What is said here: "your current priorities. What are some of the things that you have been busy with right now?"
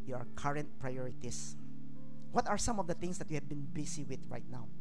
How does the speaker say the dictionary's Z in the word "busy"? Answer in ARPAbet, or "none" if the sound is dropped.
S